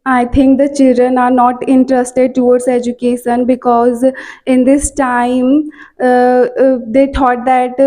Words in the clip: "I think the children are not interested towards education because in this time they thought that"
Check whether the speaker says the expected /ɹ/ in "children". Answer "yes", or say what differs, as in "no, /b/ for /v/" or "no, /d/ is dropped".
yes